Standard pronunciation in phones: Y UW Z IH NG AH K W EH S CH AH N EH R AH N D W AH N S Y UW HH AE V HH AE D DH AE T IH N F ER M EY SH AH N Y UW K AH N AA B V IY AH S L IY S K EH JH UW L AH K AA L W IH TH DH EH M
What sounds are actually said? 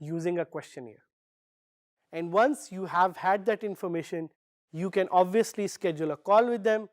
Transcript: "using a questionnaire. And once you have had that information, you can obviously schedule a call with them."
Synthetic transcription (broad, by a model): Y UW Z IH NG AH K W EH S CH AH N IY R AH N D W AH N S Y UW HH AE V HH AE D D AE T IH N F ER M EY SH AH N Y UW K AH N AA B V IY AH S L IY S K EH JH UW L AH K AA L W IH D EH M